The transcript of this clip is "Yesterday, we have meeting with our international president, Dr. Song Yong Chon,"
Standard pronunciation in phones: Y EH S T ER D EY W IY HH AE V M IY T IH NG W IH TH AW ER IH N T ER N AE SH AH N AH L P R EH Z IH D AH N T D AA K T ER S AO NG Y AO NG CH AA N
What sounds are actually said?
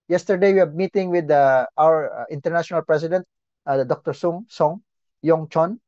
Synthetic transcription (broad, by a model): Y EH S T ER D EY W IY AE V M IY T IH NG W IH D AW ER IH N T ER N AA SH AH N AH L P R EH S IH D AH N T D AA K T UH S AO NG Y AO NG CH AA N